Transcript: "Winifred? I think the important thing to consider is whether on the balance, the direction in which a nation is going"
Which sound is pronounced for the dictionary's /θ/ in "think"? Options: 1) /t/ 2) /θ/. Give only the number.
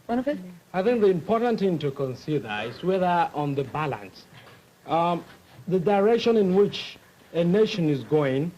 2